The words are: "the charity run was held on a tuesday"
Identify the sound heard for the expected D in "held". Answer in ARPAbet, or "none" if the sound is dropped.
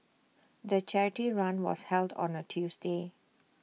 D